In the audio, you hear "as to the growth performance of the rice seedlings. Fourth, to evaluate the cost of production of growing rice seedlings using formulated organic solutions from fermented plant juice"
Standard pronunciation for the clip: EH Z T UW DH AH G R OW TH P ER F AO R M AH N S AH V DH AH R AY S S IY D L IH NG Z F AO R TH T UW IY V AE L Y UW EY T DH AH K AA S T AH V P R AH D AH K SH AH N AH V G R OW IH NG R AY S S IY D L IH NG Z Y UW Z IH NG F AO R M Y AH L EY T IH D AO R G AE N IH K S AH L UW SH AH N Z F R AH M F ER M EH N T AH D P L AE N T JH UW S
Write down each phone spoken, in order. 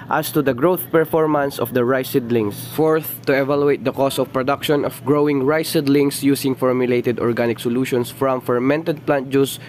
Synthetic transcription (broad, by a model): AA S T UW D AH G R OW TH P ER F AO R M AH N S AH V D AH R AY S S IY D L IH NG S F AO R TH T UW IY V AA L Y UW EY T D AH K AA S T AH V P R AH D AH K SH AH N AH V G R OW IH NG R AY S S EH D L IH NG S Y UW S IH NG F AO R M Y AH L EY T IH D AO R G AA N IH K S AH L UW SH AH N S F R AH M F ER M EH N T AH D P L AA N T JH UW S